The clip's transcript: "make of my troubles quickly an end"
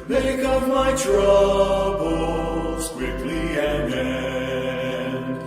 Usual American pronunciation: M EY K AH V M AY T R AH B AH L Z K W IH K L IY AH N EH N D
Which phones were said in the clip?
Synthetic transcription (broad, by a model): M EY K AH P M AY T R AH B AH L S K W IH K L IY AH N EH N